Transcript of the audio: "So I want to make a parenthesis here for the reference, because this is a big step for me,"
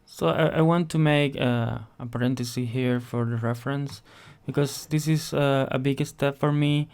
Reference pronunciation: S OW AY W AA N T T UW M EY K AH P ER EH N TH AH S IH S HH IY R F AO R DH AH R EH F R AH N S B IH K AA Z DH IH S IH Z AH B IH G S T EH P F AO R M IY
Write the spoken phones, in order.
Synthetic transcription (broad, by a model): S OW AY W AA N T T UW M EY K AH P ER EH N T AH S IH HH IY R F AO R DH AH R EH F R AH N S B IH K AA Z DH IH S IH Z AH B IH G S T EH P F AO R M IY